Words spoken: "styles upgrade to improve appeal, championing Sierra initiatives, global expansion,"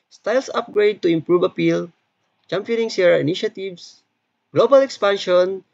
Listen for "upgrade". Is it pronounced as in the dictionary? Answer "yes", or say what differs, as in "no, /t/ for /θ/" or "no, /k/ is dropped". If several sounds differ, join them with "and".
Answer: yes